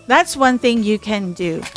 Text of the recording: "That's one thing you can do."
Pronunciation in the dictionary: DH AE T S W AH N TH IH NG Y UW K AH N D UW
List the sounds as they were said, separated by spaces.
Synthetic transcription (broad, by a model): DH AE T S W AH N TH IH NG Y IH K AH N D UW